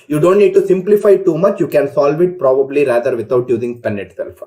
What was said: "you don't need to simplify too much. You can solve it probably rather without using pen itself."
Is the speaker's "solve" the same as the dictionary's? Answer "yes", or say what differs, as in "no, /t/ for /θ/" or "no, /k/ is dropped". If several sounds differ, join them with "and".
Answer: yes